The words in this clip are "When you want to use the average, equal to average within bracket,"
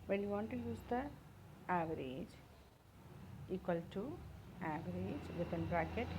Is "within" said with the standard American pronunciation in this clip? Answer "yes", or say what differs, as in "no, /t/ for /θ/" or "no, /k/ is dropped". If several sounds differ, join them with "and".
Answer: no, /t/ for /θ/